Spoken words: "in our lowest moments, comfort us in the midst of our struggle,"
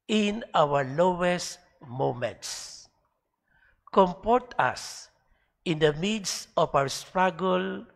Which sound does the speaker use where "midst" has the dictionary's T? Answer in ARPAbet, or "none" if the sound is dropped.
none